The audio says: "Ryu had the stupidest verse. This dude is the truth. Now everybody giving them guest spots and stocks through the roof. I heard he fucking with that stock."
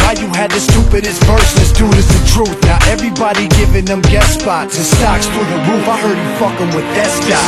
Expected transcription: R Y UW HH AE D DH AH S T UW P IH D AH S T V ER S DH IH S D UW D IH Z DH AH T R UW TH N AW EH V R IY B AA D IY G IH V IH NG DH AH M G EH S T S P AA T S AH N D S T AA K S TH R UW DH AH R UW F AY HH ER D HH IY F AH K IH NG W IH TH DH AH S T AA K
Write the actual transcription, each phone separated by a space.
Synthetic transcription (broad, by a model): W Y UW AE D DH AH S T UW P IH D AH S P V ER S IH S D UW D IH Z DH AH T R UW TH N AW EH V R IY B AA D IY G IH V IH NG DH AH M G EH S S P AA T AH S T AA K S F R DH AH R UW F AY HH ER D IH F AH K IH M W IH DH AH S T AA